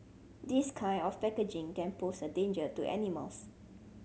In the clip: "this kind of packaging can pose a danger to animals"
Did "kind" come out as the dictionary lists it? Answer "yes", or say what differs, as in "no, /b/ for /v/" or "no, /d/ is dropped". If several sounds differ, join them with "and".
no, /d/ is dropped